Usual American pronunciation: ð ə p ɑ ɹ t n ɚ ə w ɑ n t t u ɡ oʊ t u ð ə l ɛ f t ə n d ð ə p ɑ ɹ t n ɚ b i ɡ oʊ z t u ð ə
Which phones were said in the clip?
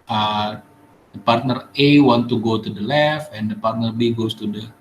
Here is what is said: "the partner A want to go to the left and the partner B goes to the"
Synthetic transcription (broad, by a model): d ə p ɑ ɹ t n ɚ ə w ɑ n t t u ɡ oʊ t u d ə l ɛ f ə n d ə p ɑ ɹ t n ɚ b i ɡ oʊ s t u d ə